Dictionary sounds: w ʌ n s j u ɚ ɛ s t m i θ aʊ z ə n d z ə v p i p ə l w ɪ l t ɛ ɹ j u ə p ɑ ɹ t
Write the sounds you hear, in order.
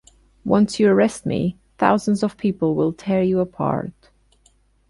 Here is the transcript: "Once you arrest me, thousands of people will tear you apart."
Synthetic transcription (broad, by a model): w ʌ n s j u ɚ ɛ s t m i θ aʊ z ə n d z ə v p i p ə l w ɪ l t ɛ ɹ j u ə p ɑ ɹ t